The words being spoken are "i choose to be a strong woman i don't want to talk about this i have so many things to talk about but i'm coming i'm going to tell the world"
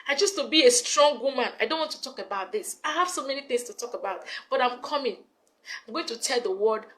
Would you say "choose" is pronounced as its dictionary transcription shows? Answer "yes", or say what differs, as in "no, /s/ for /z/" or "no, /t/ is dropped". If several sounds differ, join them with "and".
no, /s/ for /z/